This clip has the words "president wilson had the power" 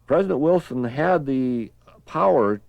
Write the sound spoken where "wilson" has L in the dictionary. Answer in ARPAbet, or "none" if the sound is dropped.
L